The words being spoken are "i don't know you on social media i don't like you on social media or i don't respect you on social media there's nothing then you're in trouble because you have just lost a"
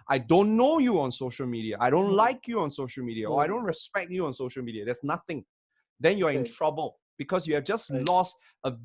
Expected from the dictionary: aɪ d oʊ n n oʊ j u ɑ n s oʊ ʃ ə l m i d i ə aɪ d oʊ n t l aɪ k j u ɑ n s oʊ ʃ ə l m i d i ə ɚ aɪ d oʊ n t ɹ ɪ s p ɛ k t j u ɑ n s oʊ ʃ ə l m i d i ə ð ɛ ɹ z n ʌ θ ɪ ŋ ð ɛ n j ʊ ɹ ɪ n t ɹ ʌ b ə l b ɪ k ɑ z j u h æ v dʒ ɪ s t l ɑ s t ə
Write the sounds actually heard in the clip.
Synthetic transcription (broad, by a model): aɪ d oʊ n n oʊ j u ɑ n s oʊ ʃ ə l m i d i ə aɪ d oʊ n t l aɪ k j u ɑ n s oʊ ʃ ə l m i d i ə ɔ aɪ d oʊ n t ɹ ɪ s p ɛ k t j u ɑ n s oʊ ʃ ə l m i d i ə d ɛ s n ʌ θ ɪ ŋ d ɛ n j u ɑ ɪ n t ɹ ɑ b ə l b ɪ k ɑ s j u h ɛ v dʒ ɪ s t l ɑ s t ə